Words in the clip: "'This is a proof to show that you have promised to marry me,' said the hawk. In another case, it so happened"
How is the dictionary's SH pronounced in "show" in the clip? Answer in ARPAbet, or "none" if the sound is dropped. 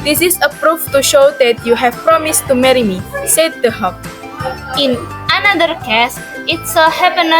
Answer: SH